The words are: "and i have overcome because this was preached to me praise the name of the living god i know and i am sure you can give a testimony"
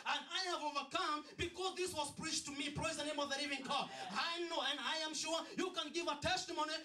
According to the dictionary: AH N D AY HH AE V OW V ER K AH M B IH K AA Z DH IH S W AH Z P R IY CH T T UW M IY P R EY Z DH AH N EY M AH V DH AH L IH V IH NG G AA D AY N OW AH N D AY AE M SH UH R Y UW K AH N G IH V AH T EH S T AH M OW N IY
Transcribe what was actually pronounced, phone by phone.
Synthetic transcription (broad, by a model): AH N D AY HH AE V OW V ER K AH M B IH K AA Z DH IH S W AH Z P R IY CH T T UW M IY P R EY Z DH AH N EY M AH V DH AH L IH V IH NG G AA AY N OW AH N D AY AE M SH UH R Y UW K AH N G IH V AH T EH S T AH M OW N IY